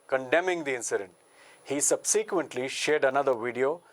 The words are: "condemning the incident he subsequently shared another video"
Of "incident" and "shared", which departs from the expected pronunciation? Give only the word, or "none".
none